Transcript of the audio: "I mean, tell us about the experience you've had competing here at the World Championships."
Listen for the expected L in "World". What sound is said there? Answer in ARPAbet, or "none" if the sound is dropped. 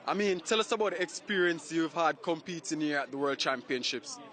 L